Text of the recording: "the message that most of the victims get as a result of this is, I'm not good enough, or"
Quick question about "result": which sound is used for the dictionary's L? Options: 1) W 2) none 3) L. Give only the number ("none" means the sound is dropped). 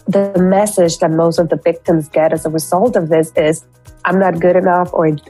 3